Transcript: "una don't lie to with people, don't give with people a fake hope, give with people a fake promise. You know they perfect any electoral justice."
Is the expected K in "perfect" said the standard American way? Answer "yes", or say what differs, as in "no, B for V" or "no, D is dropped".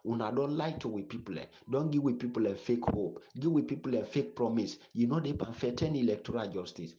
no, K is dropped